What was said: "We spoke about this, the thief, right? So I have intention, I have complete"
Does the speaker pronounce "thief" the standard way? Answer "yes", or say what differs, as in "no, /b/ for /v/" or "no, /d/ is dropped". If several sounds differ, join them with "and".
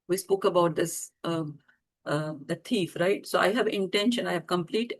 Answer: no, /t/ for /θ/